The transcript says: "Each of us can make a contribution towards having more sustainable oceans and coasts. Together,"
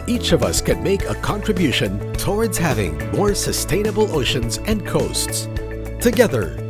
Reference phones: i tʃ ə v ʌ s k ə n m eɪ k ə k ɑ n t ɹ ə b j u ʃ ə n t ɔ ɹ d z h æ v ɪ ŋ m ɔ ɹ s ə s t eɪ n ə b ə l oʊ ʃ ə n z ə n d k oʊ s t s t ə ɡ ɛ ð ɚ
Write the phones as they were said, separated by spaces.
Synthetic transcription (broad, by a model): i tʃ ə v ʌ s k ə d m eɪ k ə k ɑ n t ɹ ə b j u ʃ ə n t ɔ ɹ d z h æ v ɪ ŋ m ɔ ɹ s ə s t eɪ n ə b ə l oʊ ʃ ə n z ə n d k oʊ s t s t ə ɡ ɛ ð ɚ